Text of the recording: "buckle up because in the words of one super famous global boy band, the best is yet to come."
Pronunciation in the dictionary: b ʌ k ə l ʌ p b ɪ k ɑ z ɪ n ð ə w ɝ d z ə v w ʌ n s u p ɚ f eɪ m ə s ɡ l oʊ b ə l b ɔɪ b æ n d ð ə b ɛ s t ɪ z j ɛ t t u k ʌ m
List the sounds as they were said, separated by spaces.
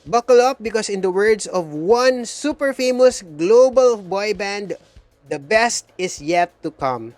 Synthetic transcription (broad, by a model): b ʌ k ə l ʌ p b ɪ k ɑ s ɪ n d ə w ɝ d s ə v w ʌ n s u p ɚ f eɪ m ə s ɡ l oʊ b ə l b ɔɪ b æ n d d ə b ɛ s t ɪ s j ɛ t t u k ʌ m